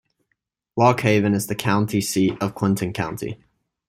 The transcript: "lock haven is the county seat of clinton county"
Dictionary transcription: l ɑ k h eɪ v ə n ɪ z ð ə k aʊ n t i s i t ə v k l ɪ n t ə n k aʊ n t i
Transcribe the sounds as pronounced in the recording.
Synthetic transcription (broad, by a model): w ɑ k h eɪ v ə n ɪ z ð ə k aʊ n t i s i t ə v k w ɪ n t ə n k aʊ n t i